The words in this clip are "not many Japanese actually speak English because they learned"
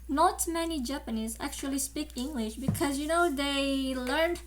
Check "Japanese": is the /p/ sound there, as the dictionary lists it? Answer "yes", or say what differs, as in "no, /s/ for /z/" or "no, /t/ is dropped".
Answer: yes